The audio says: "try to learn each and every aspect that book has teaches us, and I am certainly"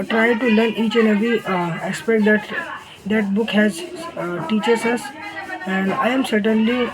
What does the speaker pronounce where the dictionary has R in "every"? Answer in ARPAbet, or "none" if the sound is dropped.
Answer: none